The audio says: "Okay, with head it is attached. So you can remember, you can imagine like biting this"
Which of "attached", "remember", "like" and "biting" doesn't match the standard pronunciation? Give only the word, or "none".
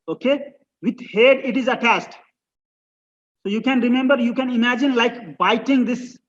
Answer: attached